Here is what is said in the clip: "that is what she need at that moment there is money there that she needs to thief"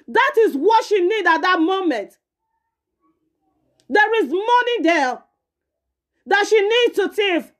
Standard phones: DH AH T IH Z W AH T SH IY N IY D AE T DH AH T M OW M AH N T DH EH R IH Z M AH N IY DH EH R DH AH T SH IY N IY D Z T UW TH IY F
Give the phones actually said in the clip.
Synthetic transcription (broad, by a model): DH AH T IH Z W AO T SH IY N IY D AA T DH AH T M OW M AH N T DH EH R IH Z M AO N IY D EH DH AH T SH IY N IY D T UW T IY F